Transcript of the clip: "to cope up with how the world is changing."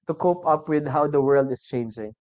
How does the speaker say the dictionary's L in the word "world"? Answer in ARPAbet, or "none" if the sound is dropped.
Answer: L